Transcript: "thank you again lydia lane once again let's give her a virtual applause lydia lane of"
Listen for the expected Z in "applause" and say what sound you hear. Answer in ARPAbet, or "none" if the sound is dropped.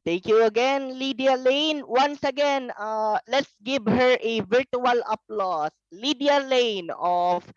S